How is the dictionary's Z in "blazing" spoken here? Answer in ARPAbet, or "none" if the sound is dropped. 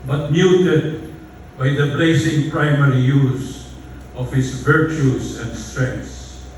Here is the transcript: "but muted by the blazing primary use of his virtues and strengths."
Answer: S